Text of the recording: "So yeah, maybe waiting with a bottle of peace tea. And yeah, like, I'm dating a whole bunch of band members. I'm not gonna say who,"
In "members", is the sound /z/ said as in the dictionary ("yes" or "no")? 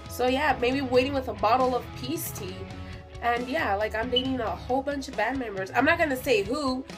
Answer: yes